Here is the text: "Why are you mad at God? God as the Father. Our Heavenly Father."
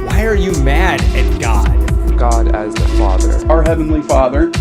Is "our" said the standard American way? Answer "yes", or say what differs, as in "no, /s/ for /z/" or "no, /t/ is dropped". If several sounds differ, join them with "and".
yes